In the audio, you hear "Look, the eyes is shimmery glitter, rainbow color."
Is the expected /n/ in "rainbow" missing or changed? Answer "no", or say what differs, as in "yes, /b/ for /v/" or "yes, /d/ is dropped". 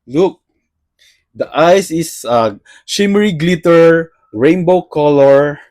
no